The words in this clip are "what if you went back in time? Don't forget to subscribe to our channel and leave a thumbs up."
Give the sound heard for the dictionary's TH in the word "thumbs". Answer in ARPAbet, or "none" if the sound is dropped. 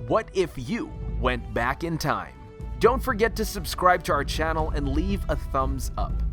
TH